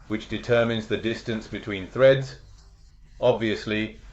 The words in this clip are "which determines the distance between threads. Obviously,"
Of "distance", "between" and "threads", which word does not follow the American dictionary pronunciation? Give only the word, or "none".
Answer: none